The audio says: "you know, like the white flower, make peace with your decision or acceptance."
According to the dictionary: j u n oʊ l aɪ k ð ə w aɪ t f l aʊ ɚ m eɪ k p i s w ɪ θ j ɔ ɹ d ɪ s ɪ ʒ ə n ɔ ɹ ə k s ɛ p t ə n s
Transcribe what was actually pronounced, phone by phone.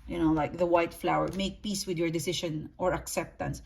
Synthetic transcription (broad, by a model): j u n oʊ l aɪ k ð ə w aɪ t f l aʊ ɚ m eɪ k p i s w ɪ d j ɔ ɹ d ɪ s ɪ ʃ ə n ɔ ɹ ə k s ɛ p t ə n s